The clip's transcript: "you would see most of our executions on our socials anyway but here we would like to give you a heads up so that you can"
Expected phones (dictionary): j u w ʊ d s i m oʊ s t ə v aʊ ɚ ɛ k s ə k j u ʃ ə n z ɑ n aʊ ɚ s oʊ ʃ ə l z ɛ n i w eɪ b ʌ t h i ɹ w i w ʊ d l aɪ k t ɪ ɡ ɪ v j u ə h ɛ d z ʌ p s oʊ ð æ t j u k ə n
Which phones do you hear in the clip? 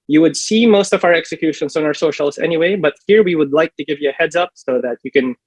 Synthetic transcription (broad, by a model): j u w ʊ d s i m oʊ s t ə v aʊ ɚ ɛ k s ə k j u ʃ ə n s ɑ n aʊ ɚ s oʊ ʃ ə l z ɛ n i w eɪ b ʌ t h i ɹ w i w ʊ d l aɪ k t ɪ ɡ ɪ v j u ə h ɛ d z ʌ p s oʊ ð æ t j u k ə n